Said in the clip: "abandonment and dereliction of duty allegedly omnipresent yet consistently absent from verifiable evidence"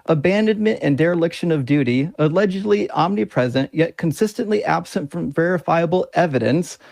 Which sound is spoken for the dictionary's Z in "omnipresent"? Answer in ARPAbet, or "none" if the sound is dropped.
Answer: Z